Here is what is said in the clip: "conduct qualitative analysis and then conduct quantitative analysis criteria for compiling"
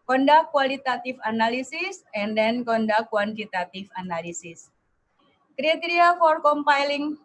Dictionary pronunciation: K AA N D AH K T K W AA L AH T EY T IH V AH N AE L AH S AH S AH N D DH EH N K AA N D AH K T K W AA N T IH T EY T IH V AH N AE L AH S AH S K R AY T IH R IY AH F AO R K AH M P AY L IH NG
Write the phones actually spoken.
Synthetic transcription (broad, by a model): K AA N D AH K K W AA L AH T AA T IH F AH N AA L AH S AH S AH N D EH N K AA N D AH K K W AA N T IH T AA T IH F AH N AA L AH S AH S K R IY T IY R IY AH F AO R K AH M P AY L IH NG